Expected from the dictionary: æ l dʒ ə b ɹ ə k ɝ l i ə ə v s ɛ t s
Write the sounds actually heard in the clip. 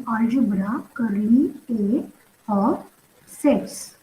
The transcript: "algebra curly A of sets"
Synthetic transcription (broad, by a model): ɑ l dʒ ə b ɹ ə k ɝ i ə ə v s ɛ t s